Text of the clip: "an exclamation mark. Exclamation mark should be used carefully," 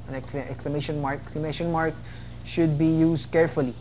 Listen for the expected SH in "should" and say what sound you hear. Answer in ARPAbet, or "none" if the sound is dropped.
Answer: SH